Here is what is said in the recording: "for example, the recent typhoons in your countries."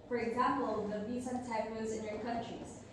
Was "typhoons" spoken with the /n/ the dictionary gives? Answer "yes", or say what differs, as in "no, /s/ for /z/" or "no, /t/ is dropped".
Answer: no, /n/ is dropped